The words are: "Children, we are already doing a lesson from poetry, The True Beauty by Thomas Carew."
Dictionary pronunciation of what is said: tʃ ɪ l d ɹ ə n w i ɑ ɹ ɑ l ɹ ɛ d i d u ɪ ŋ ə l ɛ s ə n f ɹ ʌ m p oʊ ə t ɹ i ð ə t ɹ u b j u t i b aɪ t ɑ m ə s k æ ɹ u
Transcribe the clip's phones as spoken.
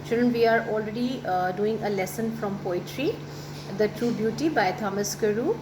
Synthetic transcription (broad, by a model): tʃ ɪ l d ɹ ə n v i ɑ ɹ ɑ l ɹ ɛ d i d u ɪ ŋ ə l ɛ s ə n f ɹ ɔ m p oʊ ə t ɹ i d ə t ɹ u b j u t i b aɪ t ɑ m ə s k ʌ ɹ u